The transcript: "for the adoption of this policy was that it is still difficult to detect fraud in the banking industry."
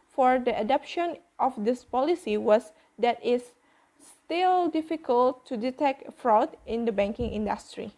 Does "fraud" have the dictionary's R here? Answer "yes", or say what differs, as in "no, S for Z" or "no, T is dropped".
yes